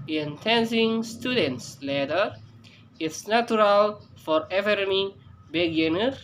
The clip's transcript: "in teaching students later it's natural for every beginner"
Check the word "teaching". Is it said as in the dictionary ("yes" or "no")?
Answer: no